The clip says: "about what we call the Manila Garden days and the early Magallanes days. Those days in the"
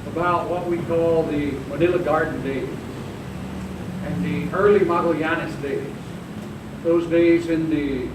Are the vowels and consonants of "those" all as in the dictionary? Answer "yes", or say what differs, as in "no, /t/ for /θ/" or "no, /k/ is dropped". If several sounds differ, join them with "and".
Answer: yes